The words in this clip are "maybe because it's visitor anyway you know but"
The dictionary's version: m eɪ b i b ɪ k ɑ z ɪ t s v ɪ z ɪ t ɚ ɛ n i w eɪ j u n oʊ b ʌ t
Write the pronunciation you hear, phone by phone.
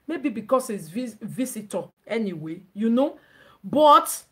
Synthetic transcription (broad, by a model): m eɪ b i b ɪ k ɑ s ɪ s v v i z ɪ t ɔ ɛ n i w eɪ j u n oʊ b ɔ t